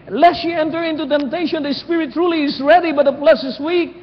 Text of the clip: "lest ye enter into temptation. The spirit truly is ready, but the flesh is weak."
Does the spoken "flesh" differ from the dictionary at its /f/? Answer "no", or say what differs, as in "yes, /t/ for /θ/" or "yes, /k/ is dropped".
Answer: yes, /p/ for /f/